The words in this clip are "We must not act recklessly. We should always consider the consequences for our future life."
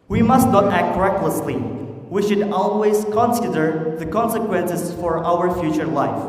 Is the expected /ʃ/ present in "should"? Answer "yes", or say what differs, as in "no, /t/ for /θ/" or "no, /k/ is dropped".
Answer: yes